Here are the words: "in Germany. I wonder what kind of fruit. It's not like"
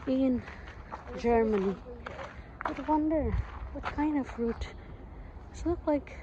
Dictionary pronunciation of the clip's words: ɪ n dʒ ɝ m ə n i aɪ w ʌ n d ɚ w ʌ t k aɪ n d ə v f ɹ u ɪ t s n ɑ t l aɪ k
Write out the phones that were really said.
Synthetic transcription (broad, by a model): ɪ n dʒ ɝ m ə n i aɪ w ʌ n d ɚ w ʌ t k aɪ n d ə v f ɹ u t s l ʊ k l aɪ k